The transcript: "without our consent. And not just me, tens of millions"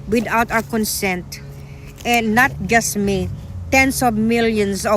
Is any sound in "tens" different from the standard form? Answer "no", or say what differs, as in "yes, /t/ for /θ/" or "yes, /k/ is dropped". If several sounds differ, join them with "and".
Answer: yes, /s/ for /z/